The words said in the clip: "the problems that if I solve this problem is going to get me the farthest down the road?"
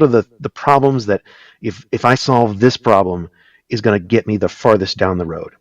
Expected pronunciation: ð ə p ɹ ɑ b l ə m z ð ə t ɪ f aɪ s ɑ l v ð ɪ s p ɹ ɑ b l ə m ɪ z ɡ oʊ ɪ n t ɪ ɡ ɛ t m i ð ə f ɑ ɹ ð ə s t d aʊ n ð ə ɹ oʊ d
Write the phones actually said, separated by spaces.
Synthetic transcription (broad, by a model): ð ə p ɹ ɑ b l ə m z ð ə t ɪ f aɪ s ɑ l v ð ɪ s p ɹ ɑ b l ə m ɪ z ɡ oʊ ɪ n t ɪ ɡ ɛ t m i ð ə f ɑ ɹ ð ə s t d aʊ n ð ə ɹ oʊ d